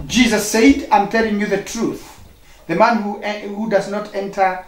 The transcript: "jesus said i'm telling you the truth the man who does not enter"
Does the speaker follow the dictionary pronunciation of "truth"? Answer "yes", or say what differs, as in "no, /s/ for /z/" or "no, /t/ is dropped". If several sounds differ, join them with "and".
yes